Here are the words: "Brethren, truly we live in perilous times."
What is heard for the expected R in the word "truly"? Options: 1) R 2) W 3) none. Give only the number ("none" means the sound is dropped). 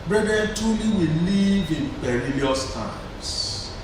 3